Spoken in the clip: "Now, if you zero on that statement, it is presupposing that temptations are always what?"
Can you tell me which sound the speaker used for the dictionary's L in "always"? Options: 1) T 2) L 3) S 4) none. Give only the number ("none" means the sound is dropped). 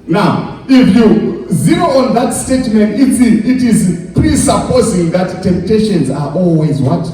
2